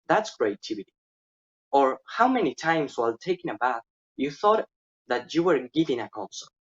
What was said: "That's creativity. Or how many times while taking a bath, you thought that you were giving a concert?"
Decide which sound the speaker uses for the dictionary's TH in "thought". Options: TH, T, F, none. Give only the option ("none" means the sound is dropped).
TH